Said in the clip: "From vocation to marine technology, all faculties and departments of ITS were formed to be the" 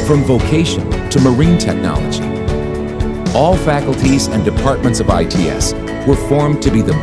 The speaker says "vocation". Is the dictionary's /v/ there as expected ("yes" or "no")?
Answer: yes